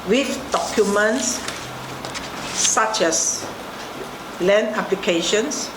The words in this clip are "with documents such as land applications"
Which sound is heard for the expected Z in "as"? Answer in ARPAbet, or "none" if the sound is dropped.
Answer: S